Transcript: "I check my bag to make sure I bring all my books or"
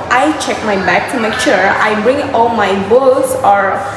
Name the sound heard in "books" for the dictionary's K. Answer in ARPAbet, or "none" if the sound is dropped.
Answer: none